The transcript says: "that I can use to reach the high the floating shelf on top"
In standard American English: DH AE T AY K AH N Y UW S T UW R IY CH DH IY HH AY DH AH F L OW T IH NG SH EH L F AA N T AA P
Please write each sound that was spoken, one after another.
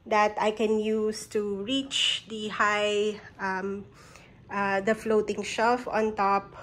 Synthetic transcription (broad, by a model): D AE T AY K AH N Y UW S T UW R IY CH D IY HH AY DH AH F L OW T IH NG SH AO F AA N T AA P